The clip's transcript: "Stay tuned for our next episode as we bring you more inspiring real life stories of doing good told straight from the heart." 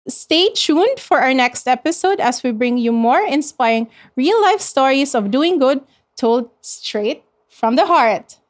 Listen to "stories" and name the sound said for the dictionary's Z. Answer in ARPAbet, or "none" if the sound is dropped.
S